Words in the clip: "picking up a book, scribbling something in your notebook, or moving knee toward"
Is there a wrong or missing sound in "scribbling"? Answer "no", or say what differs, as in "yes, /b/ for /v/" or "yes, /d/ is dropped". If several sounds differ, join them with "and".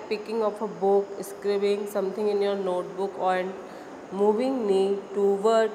yes, /l/ is dropped